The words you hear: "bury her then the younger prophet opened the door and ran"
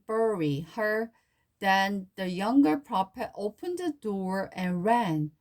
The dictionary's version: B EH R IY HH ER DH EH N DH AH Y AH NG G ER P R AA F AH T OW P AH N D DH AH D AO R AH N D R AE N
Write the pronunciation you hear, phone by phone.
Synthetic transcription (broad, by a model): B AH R IY HH ER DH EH N DH AH Y AH NG G ER P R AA P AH T OW P AH N D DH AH D AO R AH N R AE N